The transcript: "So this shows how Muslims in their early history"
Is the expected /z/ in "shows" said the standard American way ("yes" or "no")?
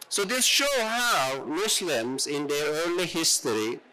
no